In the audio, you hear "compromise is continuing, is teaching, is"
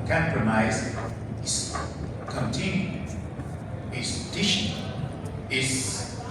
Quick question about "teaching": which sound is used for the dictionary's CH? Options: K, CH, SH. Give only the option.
SH